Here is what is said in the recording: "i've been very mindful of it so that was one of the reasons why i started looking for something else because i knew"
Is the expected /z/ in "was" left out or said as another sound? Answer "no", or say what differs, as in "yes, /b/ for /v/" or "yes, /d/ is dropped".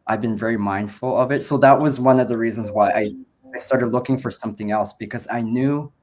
no